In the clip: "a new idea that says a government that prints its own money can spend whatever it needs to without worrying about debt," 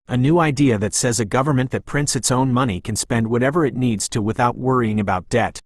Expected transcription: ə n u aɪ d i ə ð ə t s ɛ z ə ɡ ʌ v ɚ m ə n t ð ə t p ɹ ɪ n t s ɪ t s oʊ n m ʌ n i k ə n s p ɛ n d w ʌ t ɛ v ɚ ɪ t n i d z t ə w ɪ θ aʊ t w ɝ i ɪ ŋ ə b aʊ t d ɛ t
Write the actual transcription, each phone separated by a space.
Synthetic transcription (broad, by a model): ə n u aɪ d i ə ð ə t s ɛ z ə ɡ ʌ v ɚ m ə n ð ə t p ɹ ɪ n t s ɪ t s oʊ n m ʌ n i k ə n s p ɛ n d w ʌ t ɛ v ɚ ɪ t n i d z t ə w ɪ θ aʊ t w ɝ i ɪ ŋ ə b aʊ t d ɛ t